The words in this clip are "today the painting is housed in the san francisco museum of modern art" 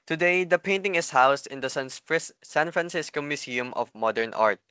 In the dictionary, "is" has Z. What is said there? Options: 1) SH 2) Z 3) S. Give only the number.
3